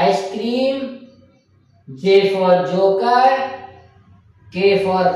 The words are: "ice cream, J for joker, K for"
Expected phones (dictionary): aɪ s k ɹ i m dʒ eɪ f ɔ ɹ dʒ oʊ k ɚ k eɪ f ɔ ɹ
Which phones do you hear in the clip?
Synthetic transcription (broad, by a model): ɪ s k ɹ i m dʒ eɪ f ɔ ɹ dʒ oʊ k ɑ k eɪ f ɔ ɹ